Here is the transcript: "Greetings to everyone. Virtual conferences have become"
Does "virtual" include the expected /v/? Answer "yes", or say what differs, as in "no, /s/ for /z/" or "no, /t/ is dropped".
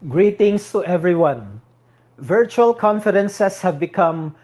yes